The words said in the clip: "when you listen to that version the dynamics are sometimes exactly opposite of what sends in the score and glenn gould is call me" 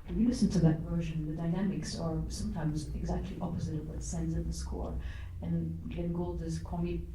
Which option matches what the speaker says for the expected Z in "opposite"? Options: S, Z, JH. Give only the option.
Z